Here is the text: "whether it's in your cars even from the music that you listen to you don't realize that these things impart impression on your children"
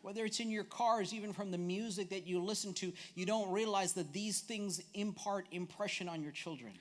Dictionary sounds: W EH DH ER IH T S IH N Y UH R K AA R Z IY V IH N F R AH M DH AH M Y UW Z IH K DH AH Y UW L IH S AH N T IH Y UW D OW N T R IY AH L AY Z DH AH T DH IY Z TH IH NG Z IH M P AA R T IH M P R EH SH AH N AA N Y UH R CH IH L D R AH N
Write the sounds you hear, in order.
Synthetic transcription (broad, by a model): W EH DH ER IH T S IH N Y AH R K AA R Z IY V IH N F R AH M DH AH M Y UW Z IH K DH AH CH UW L IH S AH N T IH Y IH D OW N T R IY AH L AY Z DH AH T DH IY Z TH IH NG Z IH M P AA R T IH M P R EH SH AH N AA N Y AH R CH IH L D R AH N